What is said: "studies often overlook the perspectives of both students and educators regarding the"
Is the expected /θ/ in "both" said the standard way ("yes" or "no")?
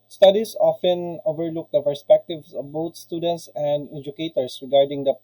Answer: no